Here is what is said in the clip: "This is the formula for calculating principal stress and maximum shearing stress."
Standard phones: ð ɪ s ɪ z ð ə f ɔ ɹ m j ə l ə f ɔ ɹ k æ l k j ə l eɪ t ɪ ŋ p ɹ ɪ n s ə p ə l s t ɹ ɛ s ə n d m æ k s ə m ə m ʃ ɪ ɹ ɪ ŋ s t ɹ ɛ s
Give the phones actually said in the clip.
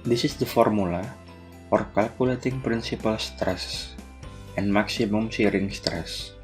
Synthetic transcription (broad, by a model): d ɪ s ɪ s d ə f ɔ ɹ m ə l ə f ɔ ɹ k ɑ l k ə l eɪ t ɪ ŋ p ɹ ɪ n s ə p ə l s t ɹ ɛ s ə n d m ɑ k s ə m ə m s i ɹ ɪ ŋ s t ɹ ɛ s